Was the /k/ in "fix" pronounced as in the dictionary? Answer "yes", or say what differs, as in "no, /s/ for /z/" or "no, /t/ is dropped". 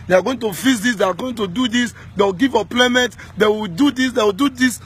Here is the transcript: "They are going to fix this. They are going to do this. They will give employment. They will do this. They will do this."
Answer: no, /k/ is dropped